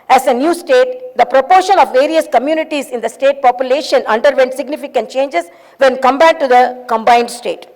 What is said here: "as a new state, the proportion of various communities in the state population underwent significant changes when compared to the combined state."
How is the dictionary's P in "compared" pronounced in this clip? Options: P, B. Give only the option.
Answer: B